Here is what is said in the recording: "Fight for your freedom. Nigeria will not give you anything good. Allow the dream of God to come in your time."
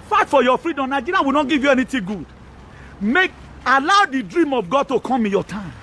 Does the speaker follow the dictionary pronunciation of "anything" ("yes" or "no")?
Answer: no